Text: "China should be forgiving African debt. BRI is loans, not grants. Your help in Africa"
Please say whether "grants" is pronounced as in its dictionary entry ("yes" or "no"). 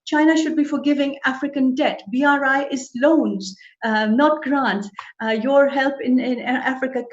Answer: no